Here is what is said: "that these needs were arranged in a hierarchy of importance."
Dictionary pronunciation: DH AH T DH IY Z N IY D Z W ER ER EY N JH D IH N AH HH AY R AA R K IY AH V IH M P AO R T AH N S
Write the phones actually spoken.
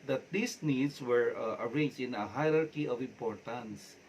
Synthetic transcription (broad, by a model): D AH T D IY S N IY D S W ER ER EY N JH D IH N AH HH AY R AA R K IY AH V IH M P AO R T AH N S